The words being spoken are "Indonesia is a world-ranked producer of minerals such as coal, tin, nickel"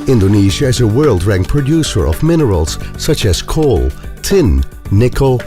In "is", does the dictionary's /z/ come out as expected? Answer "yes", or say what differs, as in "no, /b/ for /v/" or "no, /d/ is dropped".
yes